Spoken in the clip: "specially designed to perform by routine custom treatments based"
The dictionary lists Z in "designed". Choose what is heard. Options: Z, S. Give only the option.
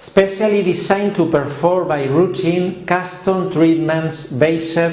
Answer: S